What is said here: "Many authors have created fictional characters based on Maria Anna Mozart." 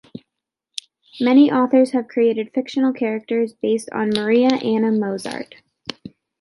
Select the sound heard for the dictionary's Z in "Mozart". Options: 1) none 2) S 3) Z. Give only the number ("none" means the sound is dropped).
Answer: 3